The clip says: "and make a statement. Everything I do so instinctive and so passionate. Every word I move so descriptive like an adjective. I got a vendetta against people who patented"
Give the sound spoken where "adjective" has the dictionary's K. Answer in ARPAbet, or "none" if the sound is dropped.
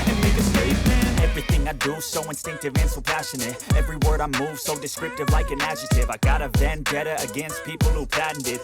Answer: none